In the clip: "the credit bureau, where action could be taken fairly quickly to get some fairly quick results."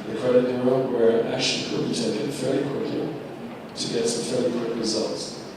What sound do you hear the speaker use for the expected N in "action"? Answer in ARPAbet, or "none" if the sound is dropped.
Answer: L